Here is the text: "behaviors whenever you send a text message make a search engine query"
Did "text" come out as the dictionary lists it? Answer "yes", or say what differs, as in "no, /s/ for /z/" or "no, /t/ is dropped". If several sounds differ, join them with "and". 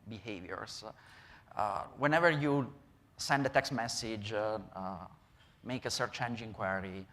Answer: yes